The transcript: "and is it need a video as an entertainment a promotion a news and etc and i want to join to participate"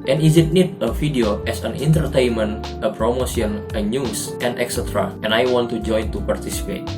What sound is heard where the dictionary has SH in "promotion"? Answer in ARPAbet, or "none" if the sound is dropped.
S